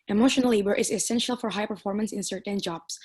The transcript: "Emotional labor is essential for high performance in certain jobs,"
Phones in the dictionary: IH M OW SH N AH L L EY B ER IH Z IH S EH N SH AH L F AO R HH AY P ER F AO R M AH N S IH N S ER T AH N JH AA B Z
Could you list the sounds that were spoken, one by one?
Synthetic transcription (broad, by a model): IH M OW SH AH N L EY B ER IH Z IH S EH N SH AH L F AO R HH AY P ER F AO R M AH N S IH N S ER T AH N JH AA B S